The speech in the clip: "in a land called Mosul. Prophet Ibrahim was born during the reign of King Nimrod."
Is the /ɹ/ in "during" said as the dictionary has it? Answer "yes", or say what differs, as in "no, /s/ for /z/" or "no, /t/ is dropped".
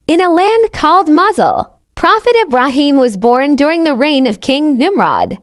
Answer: yes